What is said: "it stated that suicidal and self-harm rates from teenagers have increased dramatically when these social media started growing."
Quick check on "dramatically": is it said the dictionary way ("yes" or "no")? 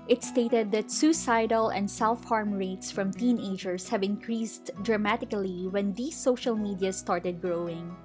yes